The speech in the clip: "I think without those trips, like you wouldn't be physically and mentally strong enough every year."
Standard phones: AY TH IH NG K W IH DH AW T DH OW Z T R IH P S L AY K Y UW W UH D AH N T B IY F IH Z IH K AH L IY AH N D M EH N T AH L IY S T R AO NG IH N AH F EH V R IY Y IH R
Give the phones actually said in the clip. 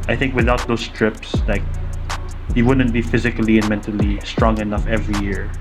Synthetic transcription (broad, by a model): AY TH IH NG K W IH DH AW T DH OW S T R IH P S L AY K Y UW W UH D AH N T B IY F IH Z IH K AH L IY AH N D M EH N T AH L IY S T R AO NG IH N AH F EH V R IY Y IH R